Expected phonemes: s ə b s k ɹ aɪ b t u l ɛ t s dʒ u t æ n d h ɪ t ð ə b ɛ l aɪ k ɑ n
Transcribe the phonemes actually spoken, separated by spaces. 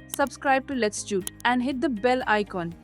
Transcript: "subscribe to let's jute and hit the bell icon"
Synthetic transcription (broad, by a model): s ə b s k ɹ aɪ b t u l ɛ t s tʃ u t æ n d h ɪ t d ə b ɛ l aɪ k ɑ n